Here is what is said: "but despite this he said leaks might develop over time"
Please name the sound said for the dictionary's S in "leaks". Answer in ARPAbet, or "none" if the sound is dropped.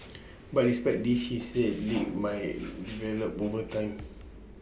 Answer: none